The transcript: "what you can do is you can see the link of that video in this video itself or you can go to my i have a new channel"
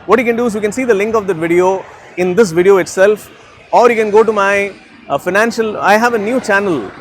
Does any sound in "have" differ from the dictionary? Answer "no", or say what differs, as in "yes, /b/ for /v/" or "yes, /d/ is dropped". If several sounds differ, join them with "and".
no